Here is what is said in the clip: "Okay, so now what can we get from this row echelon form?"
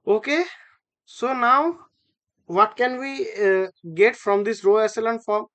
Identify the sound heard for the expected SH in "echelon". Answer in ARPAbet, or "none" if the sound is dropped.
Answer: S